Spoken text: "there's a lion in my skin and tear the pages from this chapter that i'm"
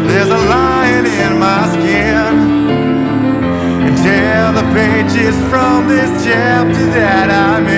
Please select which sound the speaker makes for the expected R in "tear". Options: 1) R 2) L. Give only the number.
2